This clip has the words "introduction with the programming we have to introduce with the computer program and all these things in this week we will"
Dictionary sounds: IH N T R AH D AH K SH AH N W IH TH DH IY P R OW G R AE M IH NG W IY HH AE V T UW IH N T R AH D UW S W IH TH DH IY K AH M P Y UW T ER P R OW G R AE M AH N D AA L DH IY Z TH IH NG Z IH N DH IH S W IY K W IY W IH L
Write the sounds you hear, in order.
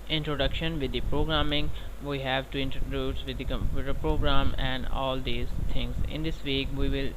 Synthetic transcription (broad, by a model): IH N T R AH D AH K SH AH N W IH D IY P R OW G R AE M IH NG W IY HH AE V T UW IH N T R AH D UW S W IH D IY K AH M P Y UW T ER P R OW G R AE M AH N D AA L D IY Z T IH NG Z IH N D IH S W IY K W IY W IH L